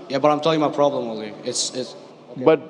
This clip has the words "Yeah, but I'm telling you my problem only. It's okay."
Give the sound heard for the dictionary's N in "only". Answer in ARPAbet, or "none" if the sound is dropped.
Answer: none